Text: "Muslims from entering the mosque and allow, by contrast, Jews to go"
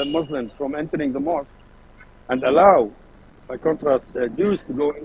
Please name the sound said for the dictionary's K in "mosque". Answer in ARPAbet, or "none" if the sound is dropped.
K